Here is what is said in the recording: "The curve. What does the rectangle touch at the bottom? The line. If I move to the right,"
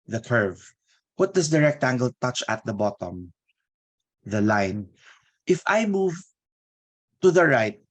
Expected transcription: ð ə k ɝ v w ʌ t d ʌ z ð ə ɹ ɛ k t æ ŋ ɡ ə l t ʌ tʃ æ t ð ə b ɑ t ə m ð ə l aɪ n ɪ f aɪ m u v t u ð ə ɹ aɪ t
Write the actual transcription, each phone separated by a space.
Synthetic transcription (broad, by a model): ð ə k ɝ v w ʌ t d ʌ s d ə ɹ ɛ k t æ ŋ ɡ ə l t ʌ tʃ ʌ t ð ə b ɑ t ə m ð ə l aɪ n ɪ f aɪ m u v t u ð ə ɹ aɪ t